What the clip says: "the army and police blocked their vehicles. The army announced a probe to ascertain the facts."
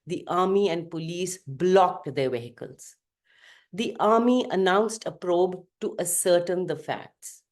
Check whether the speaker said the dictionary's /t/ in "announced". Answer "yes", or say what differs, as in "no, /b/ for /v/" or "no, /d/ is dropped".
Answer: yes